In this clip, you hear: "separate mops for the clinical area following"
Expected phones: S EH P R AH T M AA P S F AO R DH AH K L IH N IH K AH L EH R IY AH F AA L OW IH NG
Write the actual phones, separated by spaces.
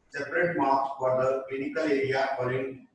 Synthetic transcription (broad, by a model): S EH P R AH T M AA S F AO R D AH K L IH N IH K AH L EH R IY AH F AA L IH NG